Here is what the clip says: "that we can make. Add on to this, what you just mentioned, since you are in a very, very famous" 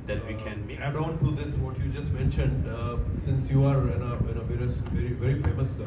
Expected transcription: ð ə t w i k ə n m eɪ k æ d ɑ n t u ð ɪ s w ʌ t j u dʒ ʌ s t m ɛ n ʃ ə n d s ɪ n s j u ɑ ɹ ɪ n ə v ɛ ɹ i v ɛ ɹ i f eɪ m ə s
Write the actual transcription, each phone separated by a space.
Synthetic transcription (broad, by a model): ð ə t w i k ə n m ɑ ɪ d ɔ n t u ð ɪ s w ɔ t j u dʒ ʌ s t m ɛ n ʃ ə n d s ɪ n s j u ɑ ɹ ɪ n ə v ɛ ɹ i v ɛ ɹ i f eɪ m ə s